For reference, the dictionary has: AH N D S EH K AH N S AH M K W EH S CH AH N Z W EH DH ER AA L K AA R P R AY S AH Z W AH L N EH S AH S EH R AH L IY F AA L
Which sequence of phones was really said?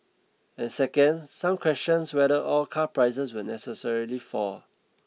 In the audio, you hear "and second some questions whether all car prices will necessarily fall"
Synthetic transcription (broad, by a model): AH N S EH K AH N S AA M K W EH S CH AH N S W EH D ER AA L K AA P R AY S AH S W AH N EH S AH S EH R AH L IY F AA